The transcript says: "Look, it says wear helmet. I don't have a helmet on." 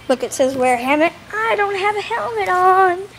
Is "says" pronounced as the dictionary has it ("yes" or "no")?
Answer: yes